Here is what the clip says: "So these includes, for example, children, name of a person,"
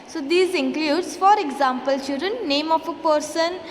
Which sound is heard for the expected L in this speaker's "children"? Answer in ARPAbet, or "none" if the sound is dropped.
none